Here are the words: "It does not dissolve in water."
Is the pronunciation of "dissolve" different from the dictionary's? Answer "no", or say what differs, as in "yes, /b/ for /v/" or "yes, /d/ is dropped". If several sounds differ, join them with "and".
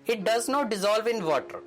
no